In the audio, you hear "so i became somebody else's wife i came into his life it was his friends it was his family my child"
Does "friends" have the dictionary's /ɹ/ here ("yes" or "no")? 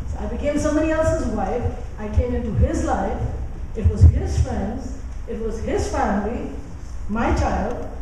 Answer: yes